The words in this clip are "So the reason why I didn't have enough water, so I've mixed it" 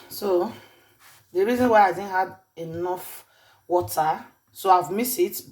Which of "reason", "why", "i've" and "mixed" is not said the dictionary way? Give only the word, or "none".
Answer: mixed